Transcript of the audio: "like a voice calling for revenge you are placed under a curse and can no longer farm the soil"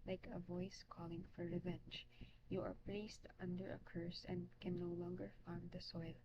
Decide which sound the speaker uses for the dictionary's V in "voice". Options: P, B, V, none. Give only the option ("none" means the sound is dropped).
V